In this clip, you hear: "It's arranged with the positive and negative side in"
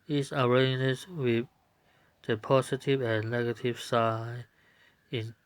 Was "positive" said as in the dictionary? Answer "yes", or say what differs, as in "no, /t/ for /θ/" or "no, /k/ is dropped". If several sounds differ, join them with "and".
no, /s/ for /z/